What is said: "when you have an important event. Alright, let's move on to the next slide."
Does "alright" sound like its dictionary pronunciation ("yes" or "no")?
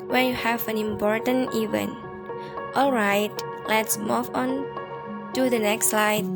yes